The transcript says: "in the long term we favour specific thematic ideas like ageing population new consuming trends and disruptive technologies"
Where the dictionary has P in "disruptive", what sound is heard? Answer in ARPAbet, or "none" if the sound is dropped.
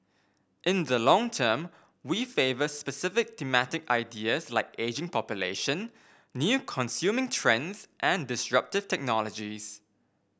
P